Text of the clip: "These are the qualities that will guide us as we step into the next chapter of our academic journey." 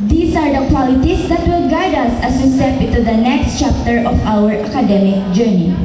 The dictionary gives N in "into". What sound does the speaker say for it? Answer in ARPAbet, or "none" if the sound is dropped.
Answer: none